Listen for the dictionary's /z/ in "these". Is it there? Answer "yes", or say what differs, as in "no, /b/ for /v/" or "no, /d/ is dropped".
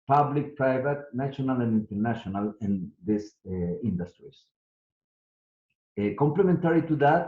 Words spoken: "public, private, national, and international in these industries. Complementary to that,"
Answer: no, /s/ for /z/